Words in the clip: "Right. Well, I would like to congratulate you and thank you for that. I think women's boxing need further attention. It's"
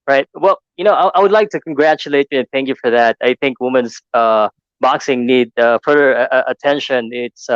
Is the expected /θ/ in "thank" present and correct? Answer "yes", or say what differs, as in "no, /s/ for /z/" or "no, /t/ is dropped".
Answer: yes